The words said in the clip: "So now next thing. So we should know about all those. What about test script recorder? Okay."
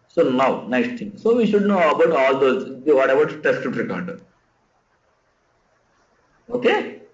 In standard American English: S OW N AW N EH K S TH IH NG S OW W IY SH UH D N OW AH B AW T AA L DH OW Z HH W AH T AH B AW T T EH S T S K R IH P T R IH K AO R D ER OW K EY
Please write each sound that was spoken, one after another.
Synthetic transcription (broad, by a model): S OW N AW N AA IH S T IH NG S OW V IY SH UH D N OW AH B AW T AA L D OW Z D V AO T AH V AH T T EH S T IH T R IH K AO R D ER OW K EY